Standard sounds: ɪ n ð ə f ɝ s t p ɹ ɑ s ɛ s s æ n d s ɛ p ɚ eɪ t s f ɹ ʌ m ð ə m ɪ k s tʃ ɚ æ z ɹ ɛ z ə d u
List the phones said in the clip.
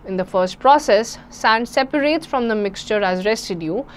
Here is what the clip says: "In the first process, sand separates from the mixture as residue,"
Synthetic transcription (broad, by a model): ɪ n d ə f ɝ s t p ɹ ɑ s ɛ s s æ n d s ɛ p ɚ eɪ t s f ɹ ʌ m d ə m ɪ k s tʃ ɚ æ z ɹ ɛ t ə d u